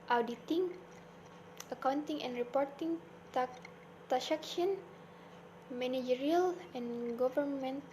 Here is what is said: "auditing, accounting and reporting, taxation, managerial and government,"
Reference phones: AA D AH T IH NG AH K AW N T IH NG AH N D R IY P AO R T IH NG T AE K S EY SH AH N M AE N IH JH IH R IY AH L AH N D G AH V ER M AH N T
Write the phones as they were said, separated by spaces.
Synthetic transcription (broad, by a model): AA D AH T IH NG AH K AW N T IH NG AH N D R IY P AO R T IH NG T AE S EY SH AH N M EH N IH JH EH R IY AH L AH N G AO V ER M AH N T